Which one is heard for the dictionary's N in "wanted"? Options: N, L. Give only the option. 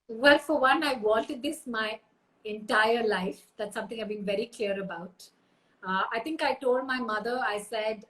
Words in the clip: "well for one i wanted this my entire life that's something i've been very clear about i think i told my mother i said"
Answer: L